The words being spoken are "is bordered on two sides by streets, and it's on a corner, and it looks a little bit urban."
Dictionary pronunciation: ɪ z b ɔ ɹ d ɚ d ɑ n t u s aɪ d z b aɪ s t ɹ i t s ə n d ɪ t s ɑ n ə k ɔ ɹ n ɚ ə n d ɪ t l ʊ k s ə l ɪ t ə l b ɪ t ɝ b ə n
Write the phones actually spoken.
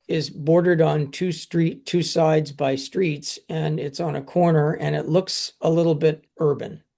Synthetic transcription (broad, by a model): ɪ z b ɔ ɹ d ɚ d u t t u s aɪ d z b aɪ s t ɹ i t s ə n ɪ t s n ə k ɔ ɹ n ɚ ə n ɪ t l ʊ k s ə l ɪ t l b ɪ t ɝ b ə n